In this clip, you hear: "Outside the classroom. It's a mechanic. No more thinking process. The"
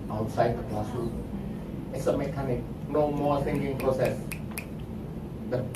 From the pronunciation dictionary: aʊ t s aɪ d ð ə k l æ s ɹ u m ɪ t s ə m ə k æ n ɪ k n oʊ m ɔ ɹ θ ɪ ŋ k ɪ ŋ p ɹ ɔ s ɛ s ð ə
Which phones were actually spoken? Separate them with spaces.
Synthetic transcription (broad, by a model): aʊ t s aɪ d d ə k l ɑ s u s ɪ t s ə m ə k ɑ n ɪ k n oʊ m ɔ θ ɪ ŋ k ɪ ŋ p ɹ ɔ s ɛ s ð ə